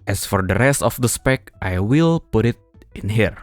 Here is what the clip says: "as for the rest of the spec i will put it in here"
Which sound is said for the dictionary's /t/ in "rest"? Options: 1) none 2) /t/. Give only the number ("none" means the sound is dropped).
2